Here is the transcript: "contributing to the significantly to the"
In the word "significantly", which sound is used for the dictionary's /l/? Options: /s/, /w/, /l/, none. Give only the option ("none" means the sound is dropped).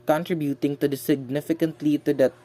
/l/